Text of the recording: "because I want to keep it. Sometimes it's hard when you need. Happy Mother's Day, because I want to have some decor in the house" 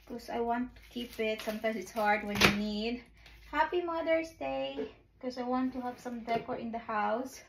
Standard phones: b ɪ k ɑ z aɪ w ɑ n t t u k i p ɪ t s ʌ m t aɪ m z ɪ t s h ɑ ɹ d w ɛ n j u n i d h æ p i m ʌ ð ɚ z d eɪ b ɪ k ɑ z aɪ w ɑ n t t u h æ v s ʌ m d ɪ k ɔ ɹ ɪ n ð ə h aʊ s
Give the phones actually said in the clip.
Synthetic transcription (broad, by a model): k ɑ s aɪ w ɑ n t t u k i p ɪ t s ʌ m t aɪ m s ɪ t s h ɑ ɹ d w ɛ n j u n i d h æ p i m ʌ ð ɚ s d eɪ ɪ k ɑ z aɪ w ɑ n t t u h æ v s ʌ m d ɪ k ɔ ɹ ɪ n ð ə h aʊ s